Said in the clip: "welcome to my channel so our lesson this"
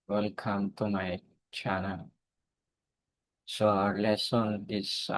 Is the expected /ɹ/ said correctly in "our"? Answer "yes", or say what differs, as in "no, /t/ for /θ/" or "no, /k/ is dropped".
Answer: yes